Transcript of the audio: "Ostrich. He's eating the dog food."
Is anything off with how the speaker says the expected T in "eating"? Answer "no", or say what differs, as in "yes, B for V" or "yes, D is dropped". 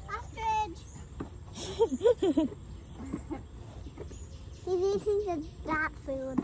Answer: yes, S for T